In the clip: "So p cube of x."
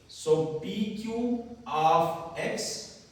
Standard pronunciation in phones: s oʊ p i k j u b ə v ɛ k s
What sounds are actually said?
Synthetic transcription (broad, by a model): s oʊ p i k j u ə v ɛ k s